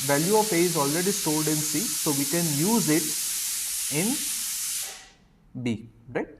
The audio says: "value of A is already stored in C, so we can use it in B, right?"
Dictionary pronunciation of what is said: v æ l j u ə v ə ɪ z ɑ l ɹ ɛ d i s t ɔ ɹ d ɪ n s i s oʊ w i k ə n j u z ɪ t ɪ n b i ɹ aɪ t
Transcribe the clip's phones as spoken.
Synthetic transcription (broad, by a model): v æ l j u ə f ə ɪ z ɑ l ɹ ɛ d i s t ɔ l d ɪ n s i s oʊ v i k ə n j u z ɪ t ɪ n b i ɹ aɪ t